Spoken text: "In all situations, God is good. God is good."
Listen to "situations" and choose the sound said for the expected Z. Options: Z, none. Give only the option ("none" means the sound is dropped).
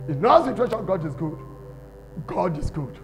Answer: none